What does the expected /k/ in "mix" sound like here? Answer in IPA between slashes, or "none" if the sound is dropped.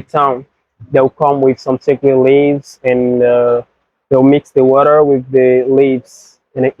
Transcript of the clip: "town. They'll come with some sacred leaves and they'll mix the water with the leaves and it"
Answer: /k/